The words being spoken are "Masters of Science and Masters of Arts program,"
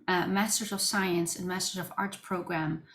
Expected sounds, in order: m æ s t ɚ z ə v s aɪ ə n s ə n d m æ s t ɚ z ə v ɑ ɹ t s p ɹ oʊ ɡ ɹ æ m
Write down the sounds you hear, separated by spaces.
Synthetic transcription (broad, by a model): m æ s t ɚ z ə v s aɪ ə n s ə n m æ s t ɚ z ə v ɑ ɹ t p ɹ oʊ ɡ ɹ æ m